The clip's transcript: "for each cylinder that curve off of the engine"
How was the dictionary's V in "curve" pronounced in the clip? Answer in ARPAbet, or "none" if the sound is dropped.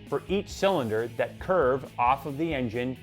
V